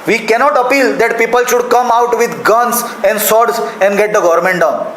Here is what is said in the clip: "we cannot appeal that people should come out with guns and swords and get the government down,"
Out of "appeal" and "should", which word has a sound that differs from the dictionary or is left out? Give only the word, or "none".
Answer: none